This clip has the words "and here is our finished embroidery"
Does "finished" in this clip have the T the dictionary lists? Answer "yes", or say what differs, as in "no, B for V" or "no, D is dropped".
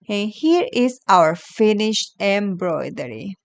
yes